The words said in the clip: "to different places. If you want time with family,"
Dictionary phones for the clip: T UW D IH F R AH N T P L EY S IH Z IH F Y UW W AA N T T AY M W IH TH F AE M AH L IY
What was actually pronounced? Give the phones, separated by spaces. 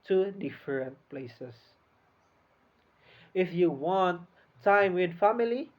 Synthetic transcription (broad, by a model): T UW D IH F R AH N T P L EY S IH S IH F Y UW W AA N T T AY M W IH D F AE M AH L IY